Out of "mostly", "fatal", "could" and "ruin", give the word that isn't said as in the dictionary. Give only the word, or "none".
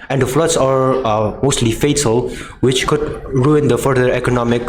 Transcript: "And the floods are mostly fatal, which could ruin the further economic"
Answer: none